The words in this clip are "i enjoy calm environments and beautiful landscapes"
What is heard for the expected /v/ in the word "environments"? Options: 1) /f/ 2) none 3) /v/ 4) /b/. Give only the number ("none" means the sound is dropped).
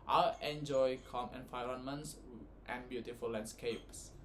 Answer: 1